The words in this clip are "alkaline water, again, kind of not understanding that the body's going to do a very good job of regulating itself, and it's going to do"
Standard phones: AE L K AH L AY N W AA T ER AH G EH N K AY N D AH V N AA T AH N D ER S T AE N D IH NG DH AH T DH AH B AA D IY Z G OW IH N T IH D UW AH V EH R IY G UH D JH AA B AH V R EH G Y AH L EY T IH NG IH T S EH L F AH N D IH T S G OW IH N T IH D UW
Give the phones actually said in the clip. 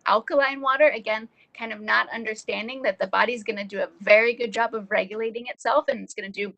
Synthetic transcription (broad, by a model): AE L K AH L AY N W AA T ER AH G EH N K AY N D AH V N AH T AH N D ER S T AE N D IH NG DH AH T DH AH B AA D IY Z G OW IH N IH D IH AH V EH R IY G UH D JH AA B AH V R EH G Y AH L EY T IH NG IH T S EH L F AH N IH T S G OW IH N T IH D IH